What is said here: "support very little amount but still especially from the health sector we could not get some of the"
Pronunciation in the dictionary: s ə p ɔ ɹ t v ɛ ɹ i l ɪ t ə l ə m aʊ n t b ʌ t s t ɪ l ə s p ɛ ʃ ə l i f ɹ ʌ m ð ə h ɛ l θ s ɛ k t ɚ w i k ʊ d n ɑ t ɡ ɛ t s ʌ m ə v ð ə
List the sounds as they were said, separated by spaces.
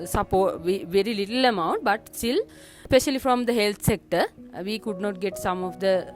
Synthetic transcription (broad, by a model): s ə p ɔ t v v ɛ ɹ i l ɪ t ə l ə m aʊ n t b ʌ t s t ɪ l s p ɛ ʃ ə l i f ɹ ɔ m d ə h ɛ l t s ɛ k t ɚ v i k ʊ d n ɑ t ɡ ɛ t s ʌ m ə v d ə